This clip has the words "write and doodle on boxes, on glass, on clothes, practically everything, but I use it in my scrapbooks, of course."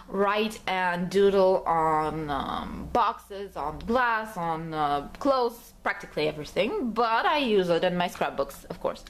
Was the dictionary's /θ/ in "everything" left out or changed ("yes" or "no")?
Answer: no